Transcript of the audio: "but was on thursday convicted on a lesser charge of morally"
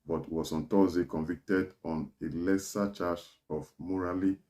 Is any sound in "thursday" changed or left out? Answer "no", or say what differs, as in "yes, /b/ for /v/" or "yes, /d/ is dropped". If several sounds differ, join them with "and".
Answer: yes, /t/ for /θ/